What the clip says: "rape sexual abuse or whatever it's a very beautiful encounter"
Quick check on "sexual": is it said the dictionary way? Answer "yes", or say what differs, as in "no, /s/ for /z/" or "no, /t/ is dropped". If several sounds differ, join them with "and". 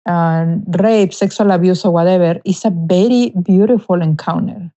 no, /s/ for /ʃ/